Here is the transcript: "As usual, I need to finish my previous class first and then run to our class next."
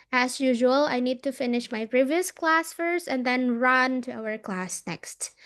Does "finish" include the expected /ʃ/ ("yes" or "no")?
yes